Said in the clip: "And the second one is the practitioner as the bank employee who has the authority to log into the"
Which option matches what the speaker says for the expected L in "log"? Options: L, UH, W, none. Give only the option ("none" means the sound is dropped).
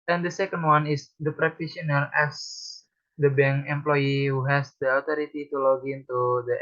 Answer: L